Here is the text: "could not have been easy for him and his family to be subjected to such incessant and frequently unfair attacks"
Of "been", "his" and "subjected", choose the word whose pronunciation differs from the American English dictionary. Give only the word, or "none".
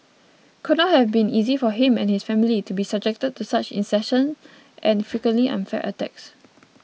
his